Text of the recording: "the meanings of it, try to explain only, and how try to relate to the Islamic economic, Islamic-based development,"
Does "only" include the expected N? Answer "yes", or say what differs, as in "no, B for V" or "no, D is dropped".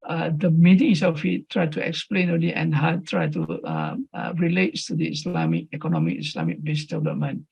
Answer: no, N is dropped